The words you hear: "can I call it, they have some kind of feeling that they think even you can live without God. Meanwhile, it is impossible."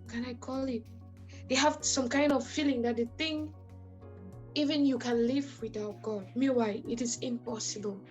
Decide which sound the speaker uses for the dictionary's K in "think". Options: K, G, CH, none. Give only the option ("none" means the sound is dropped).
none